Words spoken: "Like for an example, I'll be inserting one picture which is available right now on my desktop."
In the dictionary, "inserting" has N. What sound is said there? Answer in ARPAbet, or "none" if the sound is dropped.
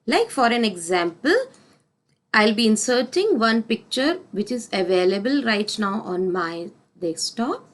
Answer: N